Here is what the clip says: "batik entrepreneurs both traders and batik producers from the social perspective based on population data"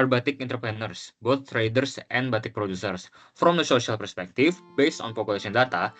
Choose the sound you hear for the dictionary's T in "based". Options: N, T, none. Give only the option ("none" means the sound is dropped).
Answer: T